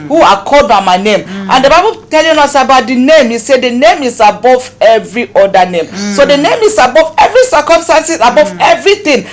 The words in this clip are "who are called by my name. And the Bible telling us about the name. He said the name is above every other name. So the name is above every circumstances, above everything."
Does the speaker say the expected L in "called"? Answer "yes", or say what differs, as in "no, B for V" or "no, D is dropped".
no, L is dropped